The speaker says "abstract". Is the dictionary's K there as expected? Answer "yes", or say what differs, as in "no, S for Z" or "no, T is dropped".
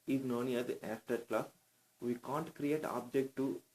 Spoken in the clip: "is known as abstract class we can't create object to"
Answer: no, K is dropped